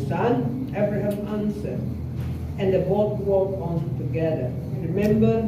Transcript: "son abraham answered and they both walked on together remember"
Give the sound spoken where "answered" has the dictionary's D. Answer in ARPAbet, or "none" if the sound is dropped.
none